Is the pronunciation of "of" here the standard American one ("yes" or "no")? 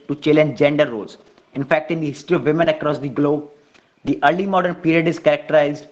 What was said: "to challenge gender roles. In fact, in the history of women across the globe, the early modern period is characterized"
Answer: yes